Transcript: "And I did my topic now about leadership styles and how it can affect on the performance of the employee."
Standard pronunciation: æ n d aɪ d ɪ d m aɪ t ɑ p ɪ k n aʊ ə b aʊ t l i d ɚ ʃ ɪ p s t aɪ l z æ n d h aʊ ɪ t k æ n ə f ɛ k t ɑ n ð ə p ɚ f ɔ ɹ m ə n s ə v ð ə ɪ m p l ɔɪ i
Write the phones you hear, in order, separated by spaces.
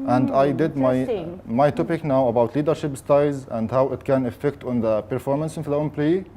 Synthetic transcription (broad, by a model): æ n d aɪ d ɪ d m aɪ t ɑ p ɪ k n aʊ ə b aʊ t l i d ɚ ʃ ɪ p s t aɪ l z æ n d h aʊ ɪ t k æ n ə f ɛ k t ɑ n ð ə p ɚ f ɔ ɹ m ə n s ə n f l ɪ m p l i